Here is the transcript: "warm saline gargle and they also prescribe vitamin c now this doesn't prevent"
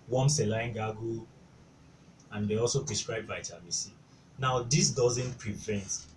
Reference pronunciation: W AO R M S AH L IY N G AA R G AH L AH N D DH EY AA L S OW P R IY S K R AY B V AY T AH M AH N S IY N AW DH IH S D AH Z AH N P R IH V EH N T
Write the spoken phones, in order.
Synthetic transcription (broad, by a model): W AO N S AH L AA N G AA G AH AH N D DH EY AA L S OW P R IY S K R AY B B AY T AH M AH S IY N AW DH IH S D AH Z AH N P R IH V EH N T